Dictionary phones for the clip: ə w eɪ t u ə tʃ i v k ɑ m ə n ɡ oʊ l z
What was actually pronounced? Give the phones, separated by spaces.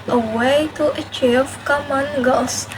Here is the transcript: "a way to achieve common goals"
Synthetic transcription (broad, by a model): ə w eɪ t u ə tʃ i v k ɑ m ə n ɡ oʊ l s